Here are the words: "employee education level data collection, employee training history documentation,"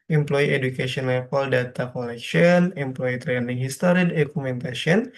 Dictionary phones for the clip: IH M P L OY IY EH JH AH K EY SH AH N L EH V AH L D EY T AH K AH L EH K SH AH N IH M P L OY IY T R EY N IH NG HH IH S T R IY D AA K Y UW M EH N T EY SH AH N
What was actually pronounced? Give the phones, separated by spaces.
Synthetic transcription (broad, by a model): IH M P L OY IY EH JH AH K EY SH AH N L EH F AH L D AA T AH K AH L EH K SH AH N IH M P L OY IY T R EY N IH NG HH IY S T R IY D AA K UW M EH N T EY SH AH N